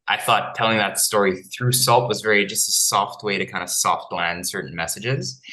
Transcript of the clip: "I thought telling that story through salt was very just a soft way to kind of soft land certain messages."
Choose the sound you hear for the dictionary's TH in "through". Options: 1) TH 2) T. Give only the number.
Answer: 1